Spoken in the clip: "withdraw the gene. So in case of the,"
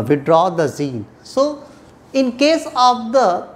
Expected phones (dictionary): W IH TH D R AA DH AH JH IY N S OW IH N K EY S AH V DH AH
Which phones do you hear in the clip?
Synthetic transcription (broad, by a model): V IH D R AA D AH Z IY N S OW IH N K EY S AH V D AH